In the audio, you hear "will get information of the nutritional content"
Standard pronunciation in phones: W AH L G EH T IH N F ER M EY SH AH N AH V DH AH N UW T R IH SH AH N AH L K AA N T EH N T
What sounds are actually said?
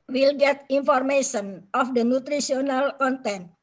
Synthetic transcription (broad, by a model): W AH L G EH T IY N F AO M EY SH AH N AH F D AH N UW T R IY S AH N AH L K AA N T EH N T